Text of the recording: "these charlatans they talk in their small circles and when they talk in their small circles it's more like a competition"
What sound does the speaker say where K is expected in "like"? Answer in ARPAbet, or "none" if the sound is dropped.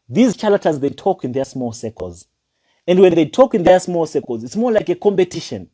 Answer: K